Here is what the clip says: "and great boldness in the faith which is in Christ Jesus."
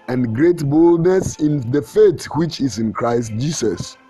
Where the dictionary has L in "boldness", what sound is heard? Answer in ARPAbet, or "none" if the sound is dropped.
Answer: L